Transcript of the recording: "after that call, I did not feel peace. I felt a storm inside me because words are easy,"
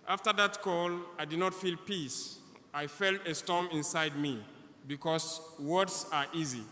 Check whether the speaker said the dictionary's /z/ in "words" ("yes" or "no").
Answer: no